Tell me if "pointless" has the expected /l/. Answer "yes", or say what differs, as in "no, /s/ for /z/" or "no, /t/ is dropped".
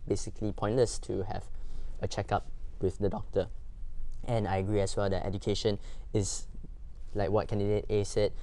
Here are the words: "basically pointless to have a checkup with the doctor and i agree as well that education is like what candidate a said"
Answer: no, /l/ is dropped